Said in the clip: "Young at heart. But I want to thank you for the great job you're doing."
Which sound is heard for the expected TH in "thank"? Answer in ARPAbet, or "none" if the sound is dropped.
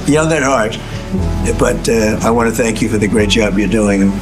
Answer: TH